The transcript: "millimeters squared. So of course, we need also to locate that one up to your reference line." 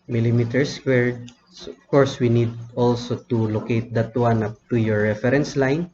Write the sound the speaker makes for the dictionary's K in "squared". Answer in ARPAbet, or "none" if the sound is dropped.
none